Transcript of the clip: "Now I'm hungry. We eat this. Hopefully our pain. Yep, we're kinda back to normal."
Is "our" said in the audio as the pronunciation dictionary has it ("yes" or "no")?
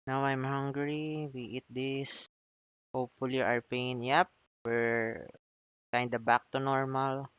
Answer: yes